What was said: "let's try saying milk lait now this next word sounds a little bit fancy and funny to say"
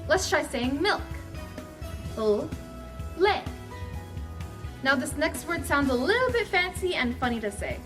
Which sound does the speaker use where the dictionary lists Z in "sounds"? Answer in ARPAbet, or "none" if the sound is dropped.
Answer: Z